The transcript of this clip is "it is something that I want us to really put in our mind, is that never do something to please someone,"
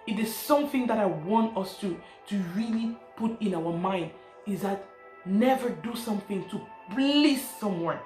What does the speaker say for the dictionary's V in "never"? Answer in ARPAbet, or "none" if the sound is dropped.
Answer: V